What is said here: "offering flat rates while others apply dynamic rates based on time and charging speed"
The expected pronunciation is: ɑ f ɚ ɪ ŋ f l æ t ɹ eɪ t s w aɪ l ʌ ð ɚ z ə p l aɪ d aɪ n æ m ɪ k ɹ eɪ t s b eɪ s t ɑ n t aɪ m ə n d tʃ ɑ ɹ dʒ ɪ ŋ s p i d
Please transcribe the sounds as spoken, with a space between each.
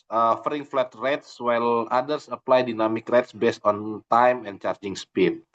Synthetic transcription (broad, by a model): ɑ f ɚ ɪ ŋ f l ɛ t ɹ eɪ t s w aɪ l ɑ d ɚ s ə p l aɪ d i n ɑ m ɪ k ɹ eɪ t s b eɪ s t ɑ n t aɪ m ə n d tʃ ɑ ɹ dʒ ɪ ŋ s p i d